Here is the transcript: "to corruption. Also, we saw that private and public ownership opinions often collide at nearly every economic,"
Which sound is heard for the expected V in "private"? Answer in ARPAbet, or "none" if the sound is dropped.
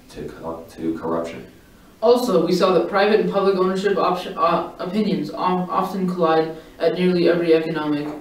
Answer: V